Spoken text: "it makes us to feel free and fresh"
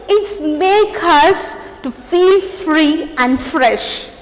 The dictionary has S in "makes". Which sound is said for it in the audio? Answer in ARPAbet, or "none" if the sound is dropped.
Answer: none